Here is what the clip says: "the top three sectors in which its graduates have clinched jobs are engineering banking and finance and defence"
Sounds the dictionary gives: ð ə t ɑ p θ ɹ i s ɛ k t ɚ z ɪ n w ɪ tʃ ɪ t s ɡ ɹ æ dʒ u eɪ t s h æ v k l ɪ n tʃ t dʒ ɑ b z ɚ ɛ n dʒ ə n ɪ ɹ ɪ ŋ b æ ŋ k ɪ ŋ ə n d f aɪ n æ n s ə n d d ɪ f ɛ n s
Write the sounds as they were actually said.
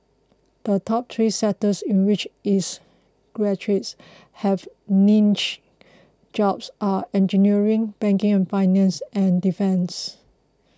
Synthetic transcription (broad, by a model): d ə t ɑ p t ɹ i s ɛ t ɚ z ɪ n w ɪ tʃ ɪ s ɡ ɹ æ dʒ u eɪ t s h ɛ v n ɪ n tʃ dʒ ɑ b s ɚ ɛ n dʒ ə n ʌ ɹ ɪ ŋ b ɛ ŋ k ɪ ŋ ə n f aɪ n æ n s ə n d d ɪ f ɛ n s